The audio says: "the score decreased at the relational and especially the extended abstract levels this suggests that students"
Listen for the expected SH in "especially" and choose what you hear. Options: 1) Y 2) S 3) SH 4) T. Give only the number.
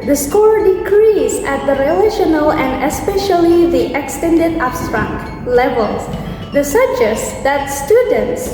3